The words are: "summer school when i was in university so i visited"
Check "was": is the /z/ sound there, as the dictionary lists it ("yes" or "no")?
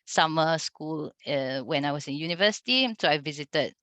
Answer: no